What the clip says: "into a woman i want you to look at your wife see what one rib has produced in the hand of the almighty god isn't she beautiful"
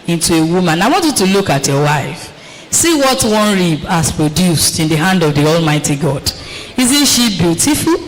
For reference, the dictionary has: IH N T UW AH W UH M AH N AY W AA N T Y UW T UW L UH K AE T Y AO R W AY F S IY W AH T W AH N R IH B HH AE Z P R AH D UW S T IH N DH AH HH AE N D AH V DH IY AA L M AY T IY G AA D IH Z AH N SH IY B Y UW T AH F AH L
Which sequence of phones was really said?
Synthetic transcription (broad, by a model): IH N T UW AH W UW M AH N AY W AA N T Y UW T UW L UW K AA T Y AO W AY F S IY W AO T W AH N R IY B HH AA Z P R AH D UW S T IH N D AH HH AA N D AH V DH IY AA L M AY T IY G AA D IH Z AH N SH IY B Y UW T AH F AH L